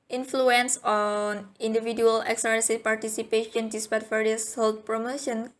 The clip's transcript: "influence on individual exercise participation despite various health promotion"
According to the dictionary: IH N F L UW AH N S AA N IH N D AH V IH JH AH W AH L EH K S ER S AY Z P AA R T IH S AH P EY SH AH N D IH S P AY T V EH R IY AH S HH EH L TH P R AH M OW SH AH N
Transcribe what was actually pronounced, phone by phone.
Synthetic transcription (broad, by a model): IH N F L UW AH N S AA N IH N D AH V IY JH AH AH L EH K S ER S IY P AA R T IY S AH P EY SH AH N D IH S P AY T F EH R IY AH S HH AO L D P R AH M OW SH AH N